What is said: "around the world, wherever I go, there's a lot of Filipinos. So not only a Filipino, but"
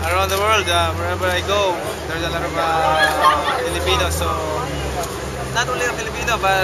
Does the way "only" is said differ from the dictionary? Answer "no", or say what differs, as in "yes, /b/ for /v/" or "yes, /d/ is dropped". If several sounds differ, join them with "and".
yes, /n/ is dropped